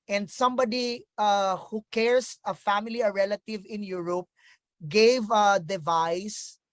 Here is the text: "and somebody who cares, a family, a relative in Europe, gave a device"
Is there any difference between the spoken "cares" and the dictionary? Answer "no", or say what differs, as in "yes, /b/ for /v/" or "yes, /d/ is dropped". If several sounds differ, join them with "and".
yes, /s/ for /z/